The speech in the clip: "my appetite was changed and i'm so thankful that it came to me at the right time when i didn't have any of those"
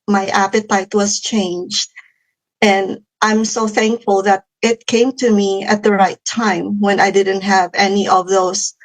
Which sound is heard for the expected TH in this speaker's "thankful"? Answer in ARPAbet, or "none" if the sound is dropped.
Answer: TH